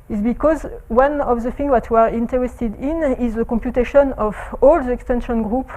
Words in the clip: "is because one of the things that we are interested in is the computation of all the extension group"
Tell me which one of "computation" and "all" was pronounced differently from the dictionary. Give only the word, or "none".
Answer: none